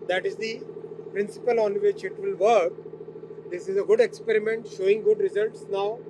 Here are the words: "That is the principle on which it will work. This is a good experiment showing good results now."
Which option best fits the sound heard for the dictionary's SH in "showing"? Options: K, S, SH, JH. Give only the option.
SH